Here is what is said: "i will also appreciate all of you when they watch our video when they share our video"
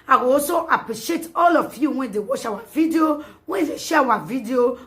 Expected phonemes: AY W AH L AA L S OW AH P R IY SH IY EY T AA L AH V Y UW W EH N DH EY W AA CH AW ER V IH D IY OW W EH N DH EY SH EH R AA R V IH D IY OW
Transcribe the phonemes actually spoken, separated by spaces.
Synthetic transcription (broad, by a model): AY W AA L S OW AH P R IY SH IY EY T AA L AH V Y UW W EH N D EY W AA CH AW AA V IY D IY OW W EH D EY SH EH W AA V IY D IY OW